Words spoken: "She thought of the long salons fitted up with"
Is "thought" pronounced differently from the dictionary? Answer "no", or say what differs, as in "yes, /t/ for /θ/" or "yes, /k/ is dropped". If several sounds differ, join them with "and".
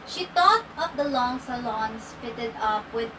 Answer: yes, /t/ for /θ/